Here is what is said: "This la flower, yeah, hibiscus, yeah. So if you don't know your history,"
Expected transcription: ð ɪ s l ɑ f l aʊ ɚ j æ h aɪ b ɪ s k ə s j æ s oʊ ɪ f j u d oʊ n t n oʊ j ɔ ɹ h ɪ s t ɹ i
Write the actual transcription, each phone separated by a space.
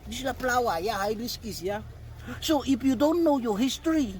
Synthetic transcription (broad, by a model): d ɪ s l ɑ p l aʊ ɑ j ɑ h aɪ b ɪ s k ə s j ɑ s oʊ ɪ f j u d oʊ n t n oʊ j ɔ h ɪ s t ɹ i